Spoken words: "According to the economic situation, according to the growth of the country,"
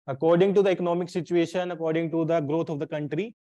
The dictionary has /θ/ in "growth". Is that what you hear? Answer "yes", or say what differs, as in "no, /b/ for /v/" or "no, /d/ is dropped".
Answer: no, /t/ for /θ/